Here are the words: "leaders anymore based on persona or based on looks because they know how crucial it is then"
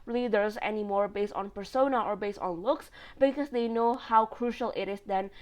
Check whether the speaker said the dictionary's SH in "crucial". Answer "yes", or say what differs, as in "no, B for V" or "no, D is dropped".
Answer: yes